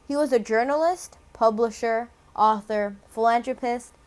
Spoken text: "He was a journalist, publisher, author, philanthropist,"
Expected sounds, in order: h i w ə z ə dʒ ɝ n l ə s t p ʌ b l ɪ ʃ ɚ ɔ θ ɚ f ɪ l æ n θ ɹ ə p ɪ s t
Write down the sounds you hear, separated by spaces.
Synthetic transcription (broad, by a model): h i w ə z ə dʒ ɝ n l ə s t p ʌ b l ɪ ʃ ɚ ɔ θ ɚ f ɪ l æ n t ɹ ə p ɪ s t